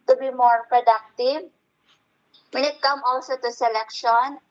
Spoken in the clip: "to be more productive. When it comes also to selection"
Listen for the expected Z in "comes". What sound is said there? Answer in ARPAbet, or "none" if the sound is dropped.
none